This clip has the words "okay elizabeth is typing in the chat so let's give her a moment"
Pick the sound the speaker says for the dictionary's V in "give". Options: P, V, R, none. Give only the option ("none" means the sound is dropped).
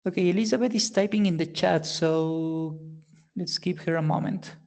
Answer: P